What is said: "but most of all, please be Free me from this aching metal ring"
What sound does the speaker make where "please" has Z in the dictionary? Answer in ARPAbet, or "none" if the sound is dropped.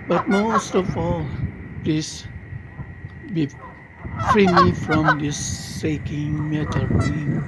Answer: S